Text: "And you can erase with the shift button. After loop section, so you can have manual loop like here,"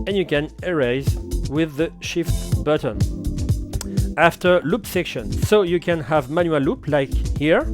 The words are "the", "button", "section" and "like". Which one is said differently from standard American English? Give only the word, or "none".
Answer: none